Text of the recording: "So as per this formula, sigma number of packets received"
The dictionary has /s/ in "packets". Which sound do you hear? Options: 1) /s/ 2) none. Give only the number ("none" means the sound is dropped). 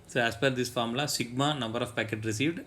2